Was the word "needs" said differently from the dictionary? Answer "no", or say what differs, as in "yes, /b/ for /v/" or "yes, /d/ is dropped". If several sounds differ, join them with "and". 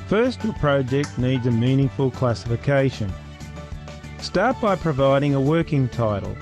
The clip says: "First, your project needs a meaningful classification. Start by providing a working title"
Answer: no